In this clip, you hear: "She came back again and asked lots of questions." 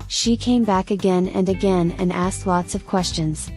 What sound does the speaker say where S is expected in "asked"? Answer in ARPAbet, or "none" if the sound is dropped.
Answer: S